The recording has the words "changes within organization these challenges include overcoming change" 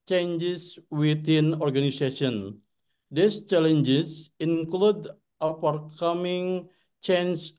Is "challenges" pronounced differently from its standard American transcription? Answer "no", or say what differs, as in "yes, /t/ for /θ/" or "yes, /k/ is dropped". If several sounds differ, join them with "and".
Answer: yes, /s/ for /z/